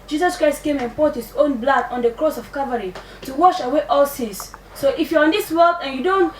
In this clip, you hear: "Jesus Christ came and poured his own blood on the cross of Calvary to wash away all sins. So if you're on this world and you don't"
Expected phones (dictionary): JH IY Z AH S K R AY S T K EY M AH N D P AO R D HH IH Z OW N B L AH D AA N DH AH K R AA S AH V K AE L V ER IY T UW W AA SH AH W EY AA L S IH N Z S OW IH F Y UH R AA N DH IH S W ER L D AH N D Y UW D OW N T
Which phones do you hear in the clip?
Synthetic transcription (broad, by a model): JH IY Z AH S K R AY S T K EY M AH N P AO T HH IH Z OW N B L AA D AA N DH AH K R AA S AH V K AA V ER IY T UW W AA SH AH W EY AA L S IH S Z S OW IH F Y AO R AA N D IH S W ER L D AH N Y UW D OW N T